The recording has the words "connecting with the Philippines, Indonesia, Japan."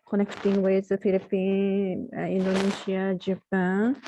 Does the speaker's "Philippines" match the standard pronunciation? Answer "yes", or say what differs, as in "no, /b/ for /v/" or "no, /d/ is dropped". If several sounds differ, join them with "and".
no, /z/ is dropped